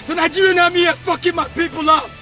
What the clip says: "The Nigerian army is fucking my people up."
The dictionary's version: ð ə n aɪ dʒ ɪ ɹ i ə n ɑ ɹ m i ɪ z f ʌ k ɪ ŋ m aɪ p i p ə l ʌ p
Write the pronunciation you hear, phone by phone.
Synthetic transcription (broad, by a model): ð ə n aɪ ɪ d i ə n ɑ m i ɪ f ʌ k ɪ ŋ m aɪ p i p ə l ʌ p